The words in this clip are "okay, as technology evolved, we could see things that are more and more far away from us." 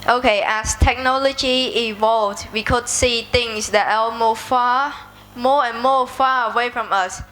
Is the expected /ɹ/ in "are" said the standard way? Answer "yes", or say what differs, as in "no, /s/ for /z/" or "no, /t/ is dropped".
no, /l/ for /ɹ/